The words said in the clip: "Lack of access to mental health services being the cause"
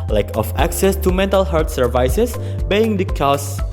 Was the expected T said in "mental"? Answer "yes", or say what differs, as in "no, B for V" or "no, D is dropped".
yes